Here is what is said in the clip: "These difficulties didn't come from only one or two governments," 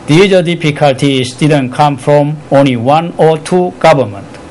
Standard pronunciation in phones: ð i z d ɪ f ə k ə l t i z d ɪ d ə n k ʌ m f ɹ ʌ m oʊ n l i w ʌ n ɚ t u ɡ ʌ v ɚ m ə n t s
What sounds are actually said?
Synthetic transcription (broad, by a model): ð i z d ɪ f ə k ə l t i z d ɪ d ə n k ʌ m f ɹ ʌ m oʊ n l i w ʌ n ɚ t u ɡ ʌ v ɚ m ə n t